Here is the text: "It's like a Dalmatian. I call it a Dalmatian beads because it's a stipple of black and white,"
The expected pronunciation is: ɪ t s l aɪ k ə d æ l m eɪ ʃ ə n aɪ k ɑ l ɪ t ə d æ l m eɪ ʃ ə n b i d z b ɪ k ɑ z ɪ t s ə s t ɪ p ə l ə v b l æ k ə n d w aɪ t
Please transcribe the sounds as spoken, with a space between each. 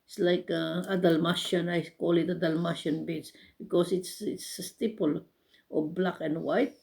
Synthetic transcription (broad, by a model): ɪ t s l aɪ k ə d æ l m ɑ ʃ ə n aɪ k ɑ l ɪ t ə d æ l m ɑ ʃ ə n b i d s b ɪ k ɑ s ɪ t s ə s t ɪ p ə l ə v b l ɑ k ə n d w aɪ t